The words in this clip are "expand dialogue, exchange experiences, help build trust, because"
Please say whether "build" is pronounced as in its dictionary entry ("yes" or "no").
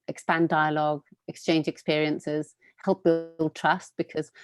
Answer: yes